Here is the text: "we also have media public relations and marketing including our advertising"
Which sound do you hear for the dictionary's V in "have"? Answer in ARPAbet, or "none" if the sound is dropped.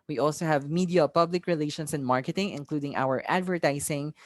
V